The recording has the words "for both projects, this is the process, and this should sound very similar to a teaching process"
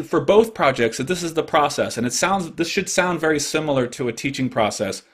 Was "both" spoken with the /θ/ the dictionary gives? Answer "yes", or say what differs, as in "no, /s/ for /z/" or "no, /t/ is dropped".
yes